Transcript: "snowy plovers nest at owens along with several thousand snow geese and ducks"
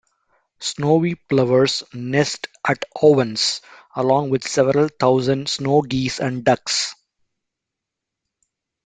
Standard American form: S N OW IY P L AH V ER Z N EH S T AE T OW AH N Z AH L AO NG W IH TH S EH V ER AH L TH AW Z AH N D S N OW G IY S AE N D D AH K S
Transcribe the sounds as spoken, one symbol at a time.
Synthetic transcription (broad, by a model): S N OW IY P L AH V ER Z N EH S T AE T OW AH N S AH L AO NG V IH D S EH V ER AH L T AW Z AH N D S N OW G IY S AE N D D AH K S